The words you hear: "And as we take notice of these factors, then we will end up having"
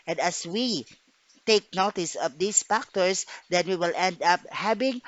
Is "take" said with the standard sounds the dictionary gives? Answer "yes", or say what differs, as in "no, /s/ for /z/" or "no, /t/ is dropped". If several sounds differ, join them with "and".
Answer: yes